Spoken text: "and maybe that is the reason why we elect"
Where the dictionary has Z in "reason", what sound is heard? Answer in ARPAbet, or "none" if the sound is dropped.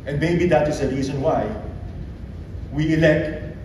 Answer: S